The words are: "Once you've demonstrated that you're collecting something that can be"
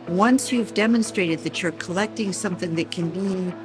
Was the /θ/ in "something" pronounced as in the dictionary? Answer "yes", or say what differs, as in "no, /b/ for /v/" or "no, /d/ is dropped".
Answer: yes